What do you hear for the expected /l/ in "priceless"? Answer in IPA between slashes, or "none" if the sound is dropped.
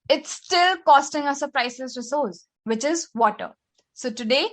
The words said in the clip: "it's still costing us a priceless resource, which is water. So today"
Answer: none